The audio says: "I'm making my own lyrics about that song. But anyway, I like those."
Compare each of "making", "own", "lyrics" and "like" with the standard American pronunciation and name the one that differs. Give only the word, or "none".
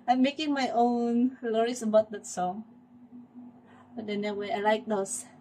lyrics